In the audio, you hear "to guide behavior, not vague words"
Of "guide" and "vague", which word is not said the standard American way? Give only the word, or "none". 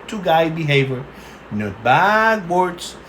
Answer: vague